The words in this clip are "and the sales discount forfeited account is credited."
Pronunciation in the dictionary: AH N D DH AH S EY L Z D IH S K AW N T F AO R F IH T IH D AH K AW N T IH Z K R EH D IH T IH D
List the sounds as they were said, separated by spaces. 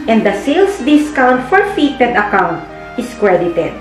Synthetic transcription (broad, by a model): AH N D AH S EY L S D IH S K AW N T F AO R F IH T IH D AH K AW N T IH S K R EH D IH T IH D